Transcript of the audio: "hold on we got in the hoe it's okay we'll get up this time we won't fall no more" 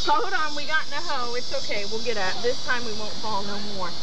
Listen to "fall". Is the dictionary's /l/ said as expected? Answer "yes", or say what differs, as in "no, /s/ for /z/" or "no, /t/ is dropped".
yes